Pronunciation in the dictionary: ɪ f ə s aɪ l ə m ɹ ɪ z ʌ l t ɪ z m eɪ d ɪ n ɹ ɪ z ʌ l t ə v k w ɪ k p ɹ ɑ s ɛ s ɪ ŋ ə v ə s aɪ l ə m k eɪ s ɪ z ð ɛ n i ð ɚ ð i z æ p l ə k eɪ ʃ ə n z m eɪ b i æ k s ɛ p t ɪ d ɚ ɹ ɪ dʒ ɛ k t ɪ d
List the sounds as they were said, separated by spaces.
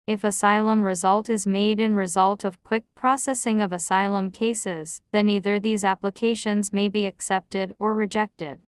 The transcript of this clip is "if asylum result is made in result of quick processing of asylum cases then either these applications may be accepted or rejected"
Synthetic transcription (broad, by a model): ɪ f ə s aɪ l ə m ɹ ɪ z ʌ l t ɪ z m eɪ d ɪ n ɹ ɪ z ʌ l t ə v k w ɪ k p ɹ ɑ s ɛ s ɪ ŋ ə v ə s aɪ l ə m k eɪ s ɪ z ð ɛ n i ð ɚ ð i z æ p l ə k eɪ ʃ ə n z m eɪ b i æ k s ɛ p t ɪ d ɚ ɹ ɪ dʒ ɛ k t ɪ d